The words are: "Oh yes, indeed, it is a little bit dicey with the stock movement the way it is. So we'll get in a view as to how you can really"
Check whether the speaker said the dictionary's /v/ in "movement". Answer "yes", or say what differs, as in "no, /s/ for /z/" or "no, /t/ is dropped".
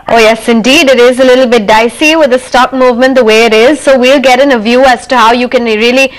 yes